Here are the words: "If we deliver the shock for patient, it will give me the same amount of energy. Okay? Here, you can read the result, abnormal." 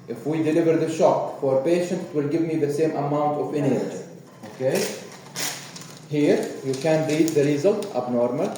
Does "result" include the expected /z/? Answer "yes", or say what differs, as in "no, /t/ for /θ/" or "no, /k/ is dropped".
yes